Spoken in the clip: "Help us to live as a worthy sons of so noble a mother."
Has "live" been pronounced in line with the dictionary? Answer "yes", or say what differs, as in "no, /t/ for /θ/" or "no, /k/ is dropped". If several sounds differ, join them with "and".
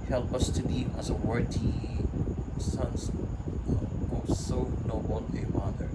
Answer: no, /v/ is dropped